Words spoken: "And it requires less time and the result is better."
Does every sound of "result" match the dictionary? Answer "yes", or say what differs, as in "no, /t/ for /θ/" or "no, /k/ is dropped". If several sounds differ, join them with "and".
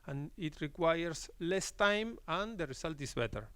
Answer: no, /s/ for /z/